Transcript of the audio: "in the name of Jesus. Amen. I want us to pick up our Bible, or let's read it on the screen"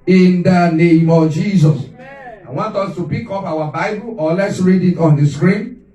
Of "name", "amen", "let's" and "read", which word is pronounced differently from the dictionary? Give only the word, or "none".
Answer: amen